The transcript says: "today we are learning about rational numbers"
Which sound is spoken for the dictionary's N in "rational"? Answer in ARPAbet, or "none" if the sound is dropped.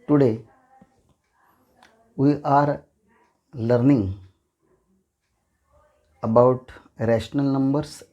N